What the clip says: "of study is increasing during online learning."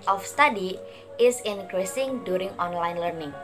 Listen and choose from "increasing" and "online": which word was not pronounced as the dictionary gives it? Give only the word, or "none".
none